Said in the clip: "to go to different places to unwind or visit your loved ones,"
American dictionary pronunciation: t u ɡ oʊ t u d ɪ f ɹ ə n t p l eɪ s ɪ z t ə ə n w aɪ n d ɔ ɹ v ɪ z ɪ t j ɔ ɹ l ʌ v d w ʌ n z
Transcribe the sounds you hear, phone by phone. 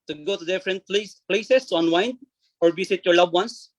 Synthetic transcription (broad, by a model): t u ɡ oʊ t u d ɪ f ɹ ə n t p l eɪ s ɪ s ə n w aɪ n ɔ ɹ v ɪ s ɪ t j ɔ ɹ l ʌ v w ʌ n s